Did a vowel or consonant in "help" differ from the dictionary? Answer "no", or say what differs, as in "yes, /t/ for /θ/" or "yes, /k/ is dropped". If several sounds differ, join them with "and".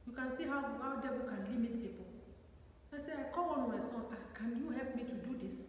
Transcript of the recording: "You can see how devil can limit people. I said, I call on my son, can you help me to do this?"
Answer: no